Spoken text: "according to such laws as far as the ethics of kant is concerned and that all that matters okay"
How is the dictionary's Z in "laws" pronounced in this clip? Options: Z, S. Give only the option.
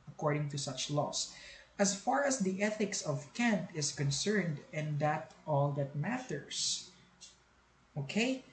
S